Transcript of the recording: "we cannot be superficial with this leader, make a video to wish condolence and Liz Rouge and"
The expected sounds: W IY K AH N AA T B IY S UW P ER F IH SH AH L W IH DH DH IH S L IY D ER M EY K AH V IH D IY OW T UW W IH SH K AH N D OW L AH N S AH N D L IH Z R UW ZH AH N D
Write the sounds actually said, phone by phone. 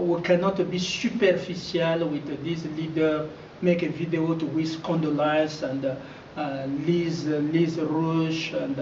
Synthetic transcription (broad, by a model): W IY K AH N AA T B IY S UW P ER F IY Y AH L W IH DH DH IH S L IY D ER M EY K AH V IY D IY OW T UW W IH S K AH N D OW L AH S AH N D L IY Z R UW SH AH N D